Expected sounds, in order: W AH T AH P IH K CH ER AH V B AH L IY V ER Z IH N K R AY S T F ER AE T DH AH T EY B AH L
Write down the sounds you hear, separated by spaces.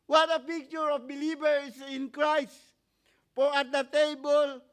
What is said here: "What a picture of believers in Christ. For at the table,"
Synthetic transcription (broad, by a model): W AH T AH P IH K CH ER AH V B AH L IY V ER S IH N K R AY S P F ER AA T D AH T EY B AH L